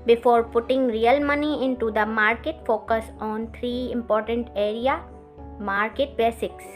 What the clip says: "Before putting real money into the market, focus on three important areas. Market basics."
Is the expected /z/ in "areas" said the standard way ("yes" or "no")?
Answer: no